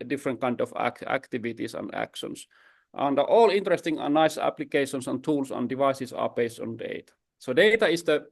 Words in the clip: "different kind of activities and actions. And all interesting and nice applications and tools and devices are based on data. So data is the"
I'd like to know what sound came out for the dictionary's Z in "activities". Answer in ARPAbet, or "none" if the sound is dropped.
S